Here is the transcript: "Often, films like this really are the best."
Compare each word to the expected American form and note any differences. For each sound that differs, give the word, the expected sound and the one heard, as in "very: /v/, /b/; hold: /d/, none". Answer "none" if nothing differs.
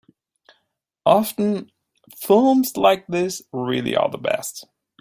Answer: are: /ɹ/, /l/